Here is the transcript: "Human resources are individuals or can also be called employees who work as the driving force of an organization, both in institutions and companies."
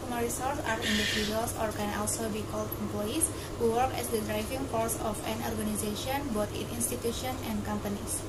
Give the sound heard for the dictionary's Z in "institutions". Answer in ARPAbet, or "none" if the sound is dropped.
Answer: none